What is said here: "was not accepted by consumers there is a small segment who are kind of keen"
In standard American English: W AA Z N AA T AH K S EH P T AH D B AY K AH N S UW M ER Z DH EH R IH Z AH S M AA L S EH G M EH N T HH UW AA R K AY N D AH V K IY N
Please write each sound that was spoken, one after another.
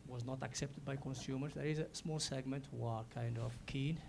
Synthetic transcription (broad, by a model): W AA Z N AA T AH K S EH P T AH D B AY K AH N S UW M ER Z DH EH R IH Z AH S M AA L S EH G M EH N T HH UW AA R K AY N D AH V K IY N